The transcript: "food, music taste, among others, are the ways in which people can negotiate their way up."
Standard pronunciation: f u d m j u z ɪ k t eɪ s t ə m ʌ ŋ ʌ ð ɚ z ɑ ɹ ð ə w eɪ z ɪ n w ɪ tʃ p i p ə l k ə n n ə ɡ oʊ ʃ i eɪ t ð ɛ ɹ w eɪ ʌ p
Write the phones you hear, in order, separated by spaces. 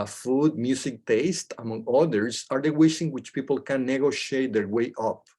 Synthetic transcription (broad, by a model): f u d m j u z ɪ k t eɪ s t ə m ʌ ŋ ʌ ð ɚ s ɑ ɹ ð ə w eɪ s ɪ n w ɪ tʃ p i p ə l k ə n n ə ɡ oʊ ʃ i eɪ t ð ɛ ɹ w eɪ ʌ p